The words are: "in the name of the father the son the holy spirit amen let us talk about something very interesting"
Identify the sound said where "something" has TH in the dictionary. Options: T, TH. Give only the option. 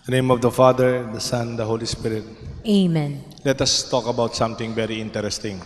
T